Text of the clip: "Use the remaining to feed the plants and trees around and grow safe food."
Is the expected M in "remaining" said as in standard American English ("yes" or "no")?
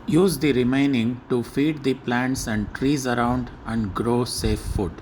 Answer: yes